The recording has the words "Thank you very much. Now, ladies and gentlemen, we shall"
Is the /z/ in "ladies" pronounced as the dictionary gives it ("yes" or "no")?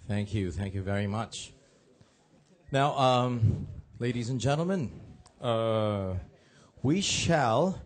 yes